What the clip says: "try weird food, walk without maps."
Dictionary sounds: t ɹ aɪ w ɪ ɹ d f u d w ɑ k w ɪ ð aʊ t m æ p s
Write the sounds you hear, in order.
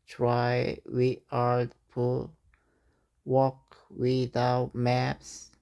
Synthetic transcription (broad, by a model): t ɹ aɪ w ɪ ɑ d p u w ɑ k w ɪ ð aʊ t m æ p s